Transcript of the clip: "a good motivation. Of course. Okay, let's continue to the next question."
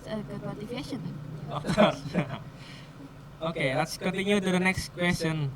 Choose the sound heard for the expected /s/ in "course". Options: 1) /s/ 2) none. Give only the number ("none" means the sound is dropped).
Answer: 2